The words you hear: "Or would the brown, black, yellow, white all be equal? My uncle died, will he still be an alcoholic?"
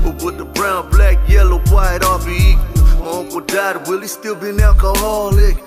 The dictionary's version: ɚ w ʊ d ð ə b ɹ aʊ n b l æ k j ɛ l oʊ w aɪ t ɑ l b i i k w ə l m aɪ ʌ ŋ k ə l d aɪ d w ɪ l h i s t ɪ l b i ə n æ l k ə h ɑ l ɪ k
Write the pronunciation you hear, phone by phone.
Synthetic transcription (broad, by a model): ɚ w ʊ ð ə b ɹ aʊ n b l æ k j ɛ l oʊ w aɪ t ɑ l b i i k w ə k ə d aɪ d w ɪ l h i s t ɪ l b i n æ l k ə h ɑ l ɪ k